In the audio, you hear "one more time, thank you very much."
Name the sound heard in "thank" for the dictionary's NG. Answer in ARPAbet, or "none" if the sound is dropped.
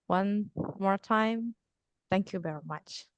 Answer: NG